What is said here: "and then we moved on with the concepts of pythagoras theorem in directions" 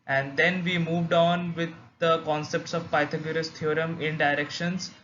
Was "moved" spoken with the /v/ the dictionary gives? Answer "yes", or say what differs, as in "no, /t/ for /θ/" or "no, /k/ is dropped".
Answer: yes